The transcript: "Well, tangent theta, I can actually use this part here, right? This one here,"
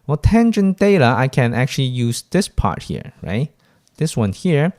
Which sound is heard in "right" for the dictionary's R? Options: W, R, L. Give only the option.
R